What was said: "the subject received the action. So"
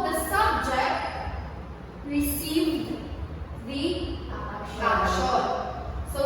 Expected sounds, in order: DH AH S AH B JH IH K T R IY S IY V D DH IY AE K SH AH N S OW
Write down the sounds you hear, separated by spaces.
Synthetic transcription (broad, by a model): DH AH S AH B JH IH K T R IY S IY V D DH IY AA SH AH S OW